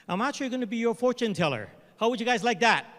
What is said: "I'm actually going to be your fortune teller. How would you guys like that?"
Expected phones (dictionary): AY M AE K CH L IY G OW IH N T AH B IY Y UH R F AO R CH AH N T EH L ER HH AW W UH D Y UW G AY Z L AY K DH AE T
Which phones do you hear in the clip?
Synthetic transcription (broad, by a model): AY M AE CH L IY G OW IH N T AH B IY Y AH R F AO R CH AH N T EH L ER HH AW W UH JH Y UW G AY Z L AY K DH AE T